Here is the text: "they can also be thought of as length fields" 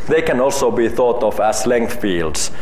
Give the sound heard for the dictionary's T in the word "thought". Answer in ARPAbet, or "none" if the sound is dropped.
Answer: T